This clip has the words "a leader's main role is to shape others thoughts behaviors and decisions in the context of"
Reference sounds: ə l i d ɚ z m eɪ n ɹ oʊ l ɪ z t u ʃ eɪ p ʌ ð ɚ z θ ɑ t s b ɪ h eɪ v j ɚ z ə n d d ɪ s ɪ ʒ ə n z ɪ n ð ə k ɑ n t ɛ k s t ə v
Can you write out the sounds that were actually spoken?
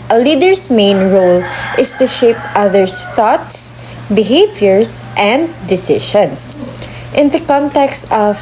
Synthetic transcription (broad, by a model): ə l i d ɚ s m eɪ n ɹ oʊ l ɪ s t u ʃ eɪ p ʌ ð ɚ s θ ɑ t s b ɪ h eɪ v j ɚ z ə n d d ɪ s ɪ ʃ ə n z ɪ n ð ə k ɑ n t ɛ k s t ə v